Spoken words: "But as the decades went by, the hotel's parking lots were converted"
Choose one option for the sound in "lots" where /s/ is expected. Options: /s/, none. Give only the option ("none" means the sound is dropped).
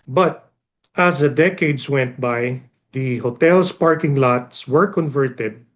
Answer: /s/